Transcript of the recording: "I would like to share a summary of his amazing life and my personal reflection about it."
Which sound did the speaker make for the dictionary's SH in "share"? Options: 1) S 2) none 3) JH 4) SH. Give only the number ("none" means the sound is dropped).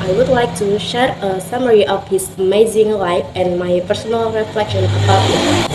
4